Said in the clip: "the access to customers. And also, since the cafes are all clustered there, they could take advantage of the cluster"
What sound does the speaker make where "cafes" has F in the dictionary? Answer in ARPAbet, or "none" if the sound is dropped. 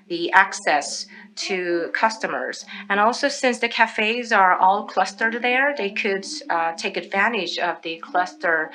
F